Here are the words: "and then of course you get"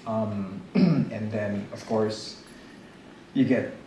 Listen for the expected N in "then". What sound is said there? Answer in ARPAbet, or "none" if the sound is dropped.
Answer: N